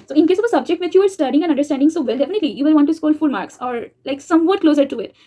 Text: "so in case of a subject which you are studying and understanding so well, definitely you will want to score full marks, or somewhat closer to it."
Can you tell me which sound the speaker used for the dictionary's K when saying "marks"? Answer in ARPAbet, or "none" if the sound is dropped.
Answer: K